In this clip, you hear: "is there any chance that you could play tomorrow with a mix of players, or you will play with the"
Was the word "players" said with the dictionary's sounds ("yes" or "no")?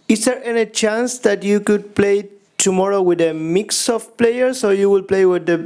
no